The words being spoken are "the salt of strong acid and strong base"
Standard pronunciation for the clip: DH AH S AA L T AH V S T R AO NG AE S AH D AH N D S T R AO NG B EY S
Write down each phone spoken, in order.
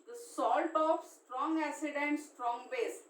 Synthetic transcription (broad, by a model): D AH S AA L T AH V S T R AO NG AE S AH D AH N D S T R AO NG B EY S